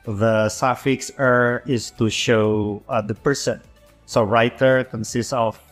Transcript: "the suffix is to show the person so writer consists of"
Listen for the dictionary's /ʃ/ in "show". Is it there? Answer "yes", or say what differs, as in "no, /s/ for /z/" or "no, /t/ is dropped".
yes